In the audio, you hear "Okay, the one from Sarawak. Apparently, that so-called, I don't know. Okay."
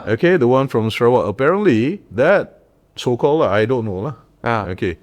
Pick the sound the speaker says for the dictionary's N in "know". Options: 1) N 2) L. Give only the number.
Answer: 2